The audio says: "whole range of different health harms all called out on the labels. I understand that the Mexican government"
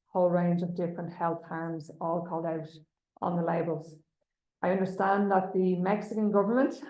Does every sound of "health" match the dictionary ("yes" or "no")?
yes